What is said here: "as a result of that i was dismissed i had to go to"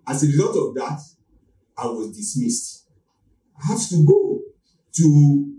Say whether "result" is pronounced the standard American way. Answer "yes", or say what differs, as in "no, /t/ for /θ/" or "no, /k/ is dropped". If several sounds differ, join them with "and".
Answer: no, /l/ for /ɹ/